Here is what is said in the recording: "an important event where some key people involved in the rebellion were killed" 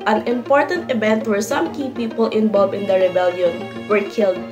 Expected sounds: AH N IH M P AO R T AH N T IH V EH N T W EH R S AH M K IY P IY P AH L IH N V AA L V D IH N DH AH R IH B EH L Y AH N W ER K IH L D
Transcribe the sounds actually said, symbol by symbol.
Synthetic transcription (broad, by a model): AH N IH M P AO R T AH N T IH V EH N T W EH R S AH M K IY P IY P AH L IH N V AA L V IH N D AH R IH B EH L Y AH N W ER K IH L D